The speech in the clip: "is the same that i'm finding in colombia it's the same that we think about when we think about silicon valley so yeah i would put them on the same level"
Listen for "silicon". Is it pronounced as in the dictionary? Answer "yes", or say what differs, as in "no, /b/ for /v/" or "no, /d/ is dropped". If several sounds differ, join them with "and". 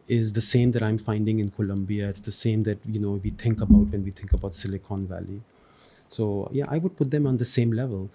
yes